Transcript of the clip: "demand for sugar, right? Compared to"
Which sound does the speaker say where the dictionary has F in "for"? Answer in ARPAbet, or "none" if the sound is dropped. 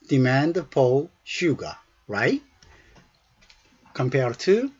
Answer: P